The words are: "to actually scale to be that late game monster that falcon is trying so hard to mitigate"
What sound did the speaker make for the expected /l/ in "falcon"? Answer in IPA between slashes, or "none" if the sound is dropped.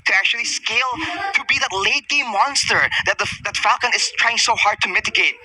/l/